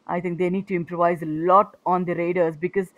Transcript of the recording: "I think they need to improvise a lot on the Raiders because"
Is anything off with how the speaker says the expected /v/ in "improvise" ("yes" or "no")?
no